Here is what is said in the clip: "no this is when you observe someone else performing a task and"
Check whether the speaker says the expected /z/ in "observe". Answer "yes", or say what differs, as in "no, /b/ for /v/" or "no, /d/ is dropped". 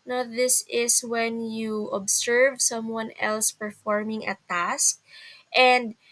no, /s/ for /z/